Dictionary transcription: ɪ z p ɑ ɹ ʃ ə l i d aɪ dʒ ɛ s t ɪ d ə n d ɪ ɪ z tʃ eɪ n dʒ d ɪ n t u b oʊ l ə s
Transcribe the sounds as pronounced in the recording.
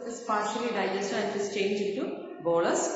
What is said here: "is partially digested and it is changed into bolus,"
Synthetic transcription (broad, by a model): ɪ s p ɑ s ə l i d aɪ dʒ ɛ s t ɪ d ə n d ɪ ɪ s tʃ eɪ n dʒ ɪ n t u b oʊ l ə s